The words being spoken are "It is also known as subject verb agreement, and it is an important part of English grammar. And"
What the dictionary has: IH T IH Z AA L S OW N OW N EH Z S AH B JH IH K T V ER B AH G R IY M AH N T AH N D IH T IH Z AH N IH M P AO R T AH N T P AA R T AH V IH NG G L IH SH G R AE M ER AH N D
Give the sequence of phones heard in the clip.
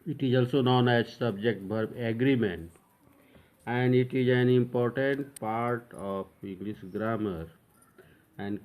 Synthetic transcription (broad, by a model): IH T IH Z AA L S OW N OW N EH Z S AH B JH IH K T B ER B AH G R IY M AH N T AH N D IH T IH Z AH N IH M P AO R T AH N T P AA R T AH P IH NG G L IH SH G R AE M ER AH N D